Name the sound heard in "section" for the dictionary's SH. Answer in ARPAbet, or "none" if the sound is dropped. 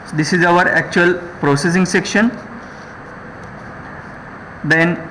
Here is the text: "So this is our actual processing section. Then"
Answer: SH